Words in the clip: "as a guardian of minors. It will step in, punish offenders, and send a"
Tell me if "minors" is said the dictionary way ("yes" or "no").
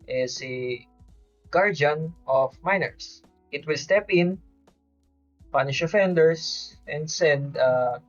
no